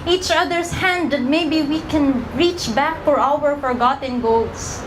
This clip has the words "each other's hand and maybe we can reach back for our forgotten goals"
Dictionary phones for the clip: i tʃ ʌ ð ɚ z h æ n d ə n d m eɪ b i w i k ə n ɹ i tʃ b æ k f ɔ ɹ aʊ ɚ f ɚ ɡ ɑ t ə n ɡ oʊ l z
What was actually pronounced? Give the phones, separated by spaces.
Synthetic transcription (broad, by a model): i tʃ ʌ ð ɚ s h æ n d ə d m eɪ b i w i k ə n ɹ i tʃ b æ k f ɔ ɹ aʊ ɚ f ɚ ɡ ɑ t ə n ɡ oʊ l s